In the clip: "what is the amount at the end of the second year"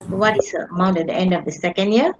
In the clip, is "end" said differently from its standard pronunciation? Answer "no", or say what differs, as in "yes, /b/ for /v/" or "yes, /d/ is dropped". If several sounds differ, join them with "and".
no